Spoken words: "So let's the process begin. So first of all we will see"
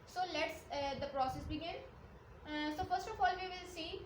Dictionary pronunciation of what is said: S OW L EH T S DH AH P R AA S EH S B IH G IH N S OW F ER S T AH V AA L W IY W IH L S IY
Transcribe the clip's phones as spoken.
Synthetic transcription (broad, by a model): S OW L EH T S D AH P R AA S EH S B IH G IH N S OW F ER S T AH F AA L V IY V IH L S IY